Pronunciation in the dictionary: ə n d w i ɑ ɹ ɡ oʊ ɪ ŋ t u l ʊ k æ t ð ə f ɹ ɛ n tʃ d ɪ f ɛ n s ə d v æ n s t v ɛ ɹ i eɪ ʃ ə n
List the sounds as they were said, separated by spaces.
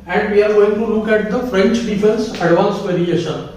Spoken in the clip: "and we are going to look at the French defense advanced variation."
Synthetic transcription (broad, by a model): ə n d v i ɑ ɹ ɡ oʊ ɪ ŋ t u l ʊ k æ t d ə f ɹ ɛ n tʃ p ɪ p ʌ l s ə d v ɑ n s v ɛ ɹ i eɪ ʃ ə n